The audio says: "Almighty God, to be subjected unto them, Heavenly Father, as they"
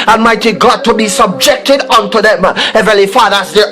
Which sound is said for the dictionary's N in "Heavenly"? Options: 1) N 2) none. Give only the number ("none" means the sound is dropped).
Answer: 2